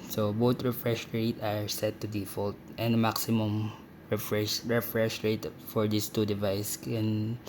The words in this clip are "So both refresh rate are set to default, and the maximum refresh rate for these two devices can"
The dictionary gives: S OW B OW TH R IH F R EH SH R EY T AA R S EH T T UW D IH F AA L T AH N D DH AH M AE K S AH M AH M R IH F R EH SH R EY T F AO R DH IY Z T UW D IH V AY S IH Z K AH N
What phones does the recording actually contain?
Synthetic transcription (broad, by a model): S OW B OW T R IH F R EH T R EY T AA R S EH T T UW D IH F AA L T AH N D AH M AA K S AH M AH M R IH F R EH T R EY T F AO R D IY S T UW D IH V AY S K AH N